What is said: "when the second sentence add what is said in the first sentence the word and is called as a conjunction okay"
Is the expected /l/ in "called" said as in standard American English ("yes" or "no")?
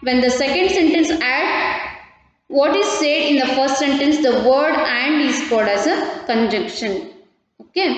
no